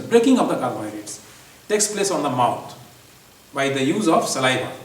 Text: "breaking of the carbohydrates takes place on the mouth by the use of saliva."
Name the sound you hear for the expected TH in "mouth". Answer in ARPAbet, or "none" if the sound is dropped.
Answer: T